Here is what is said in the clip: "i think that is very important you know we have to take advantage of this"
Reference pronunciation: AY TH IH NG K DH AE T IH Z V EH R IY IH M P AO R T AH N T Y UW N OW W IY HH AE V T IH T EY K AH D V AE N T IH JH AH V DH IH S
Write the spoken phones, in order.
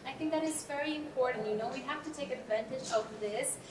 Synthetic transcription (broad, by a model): AY TH IH NG K DH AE T IH Z V EH R IY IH M P AO R T N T Y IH N OW W IY HH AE F T IH T EY K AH D V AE N T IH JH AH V DH IH S